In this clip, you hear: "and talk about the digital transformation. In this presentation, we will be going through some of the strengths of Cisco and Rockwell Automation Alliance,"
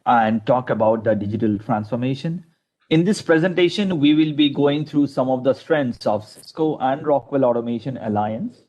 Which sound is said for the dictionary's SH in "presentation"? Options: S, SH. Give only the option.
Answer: SH